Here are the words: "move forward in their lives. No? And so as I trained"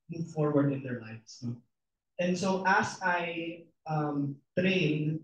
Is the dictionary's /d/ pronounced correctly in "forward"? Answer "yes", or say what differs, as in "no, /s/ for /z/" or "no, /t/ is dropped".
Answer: yes